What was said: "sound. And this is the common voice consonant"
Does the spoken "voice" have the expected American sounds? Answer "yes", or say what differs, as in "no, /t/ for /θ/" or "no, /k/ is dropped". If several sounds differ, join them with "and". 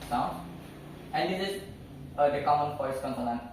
no, /p/ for /v/